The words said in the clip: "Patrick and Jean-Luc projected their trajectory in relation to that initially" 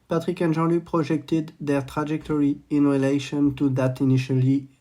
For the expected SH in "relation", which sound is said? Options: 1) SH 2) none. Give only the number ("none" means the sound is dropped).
1